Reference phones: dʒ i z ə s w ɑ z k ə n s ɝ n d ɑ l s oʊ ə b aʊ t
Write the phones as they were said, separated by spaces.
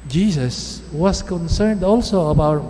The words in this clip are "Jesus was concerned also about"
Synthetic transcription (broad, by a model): dʒ i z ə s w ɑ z k ə n s ɝ n d ɑ l s oʊ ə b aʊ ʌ